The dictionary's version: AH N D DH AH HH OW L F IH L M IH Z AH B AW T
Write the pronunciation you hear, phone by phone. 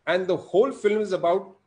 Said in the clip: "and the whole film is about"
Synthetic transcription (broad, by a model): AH N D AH HH OW L F IH L M IH Z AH B AW T